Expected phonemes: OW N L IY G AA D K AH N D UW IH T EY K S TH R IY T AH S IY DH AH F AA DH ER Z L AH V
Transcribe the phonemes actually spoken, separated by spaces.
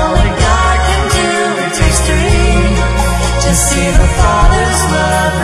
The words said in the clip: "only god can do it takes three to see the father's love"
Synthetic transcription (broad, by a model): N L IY G AA D K AH N D UW IH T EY S T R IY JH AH S IY DH AH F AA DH ER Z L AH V